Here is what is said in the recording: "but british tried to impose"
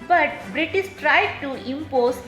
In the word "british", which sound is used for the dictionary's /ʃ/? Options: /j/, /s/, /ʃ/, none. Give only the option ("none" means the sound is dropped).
/s/